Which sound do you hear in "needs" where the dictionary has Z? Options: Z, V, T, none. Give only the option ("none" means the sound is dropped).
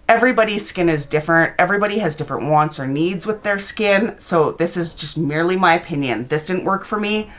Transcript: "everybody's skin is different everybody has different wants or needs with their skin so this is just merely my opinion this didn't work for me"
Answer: Z